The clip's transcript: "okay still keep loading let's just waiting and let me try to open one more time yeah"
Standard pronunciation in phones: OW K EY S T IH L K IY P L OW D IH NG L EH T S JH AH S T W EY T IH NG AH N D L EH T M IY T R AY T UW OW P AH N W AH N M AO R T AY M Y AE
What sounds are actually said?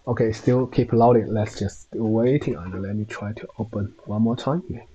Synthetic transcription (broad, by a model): OW K EY S T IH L K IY P L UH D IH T L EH T S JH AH S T W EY T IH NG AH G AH L EH T M IY T R AY T UW OW P AH N W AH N M AO T AY M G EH